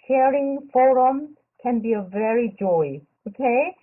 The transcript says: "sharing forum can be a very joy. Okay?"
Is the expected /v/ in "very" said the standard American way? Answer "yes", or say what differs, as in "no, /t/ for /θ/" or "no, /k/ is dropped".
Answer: yes